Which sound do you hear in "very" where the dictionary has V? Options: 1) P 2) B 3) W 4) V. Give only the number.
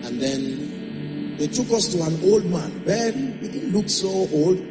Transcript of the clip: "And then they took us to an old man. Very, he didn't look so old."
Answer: 2